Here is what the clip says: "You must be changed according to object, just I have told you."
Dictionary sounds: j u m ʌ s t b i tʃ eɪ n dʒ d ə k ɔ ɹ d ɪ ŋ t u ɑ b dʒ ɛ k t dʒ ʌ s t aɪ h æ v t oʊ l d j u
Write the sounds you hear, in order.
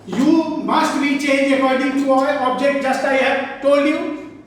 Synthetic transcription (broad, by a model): j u m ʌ s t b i tʃ eɪ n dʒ ə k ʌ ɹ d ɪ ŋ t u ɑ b dʒ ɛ k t dʒ ʌ s t aɪ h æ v t oʊ l d j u